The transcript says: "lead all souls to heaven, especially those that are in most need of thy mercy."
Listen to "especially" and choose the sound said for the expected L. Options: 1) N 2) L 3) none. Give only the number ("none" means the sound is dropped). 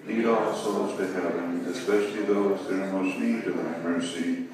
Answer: 2